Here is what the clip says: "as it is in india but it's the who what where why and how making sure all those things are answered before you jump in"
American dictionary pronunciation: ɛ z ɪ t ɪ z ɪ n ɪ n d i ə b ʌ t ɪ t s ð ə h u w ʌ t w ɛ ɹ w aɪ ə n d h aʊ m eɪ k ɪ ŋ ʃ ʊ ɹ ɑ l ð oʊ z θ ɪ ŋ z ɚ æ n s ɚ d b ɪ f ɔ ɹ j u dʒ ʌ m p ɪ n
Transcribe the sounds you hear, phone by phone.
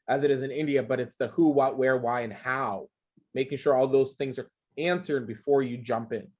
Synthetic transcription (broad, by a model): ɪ z ɪ t ɪ z ɪ n ɪ n d i ə b ʌ t ɪ t s ð ə h u w ʌ t w ɛ ɹ w aɪ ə n h aʊ m eɪ k ɪ ŋ ʃ ʊ ɹ ɑ l ð oʊ z θ ɪ ŋ z ɚ æ n s ɚ d b ɪ f ɔ ɹ j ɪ dʒ ʌ m p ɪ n